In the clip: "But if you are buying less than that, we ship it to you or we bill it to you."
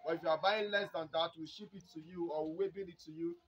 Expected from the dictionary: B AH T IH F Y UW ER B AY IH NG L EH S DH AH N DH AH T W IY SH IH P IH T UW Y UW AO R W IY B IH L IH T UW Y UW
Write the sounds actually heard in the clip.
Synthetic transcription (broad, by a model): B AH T IH F Y UW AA B AY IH L EH S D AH N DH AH T W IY SH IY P IH T UW Y UW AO W W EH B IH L IH T UW Y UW